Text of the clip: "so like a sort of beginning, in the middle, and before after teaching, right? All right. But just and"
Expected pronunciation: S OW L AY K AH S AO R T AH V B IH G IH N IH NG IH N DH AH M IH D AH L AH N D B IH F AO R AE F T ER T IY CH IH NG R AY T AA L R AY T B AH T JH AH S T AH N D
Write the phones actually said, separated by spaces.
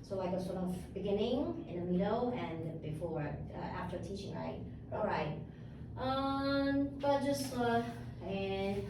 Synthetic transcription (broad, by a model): S OW L AY K AH S AO R T AH V B IH G IH N IH NG IH N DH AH M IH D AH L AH N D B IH F AO R AE F T ER T IY CH IH NG R AY T AA L R AY T B AH T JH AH S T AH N